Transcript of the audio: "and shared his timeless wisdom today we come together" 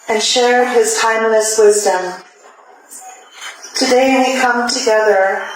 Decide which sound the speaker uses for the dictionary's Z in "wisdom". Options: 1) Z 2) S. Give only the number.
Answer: 1